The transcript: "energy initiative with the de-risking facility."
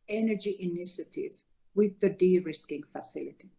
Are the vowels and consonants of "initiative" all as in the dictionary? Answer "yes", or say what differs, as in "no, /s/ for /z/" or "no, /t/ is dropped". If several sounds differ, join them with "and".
yes